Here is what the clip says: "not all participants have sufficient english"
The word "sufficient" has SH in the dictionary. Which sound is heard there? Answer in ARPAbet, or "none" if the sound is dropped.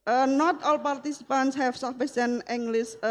S